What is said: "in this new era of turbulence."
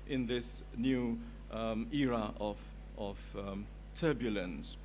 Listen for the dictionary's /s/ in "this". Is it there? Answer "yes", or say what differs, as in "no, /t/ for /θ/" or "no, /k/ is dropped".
yes